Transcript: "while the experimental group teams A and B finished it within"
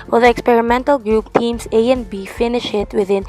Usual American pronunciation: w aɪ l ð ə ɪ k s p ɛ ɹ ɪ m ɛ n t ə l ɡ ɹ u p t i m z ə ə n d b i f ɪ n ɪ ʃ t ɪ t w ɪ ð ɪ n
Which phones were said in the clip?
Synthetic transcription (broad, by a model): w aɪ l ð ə ɪ k s p ɛ ɹ ɪ m ɛ n t ə l ɡ ɹ u p t i m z ə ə n b i f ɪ n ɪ ʃ ɪ t w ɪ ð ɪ n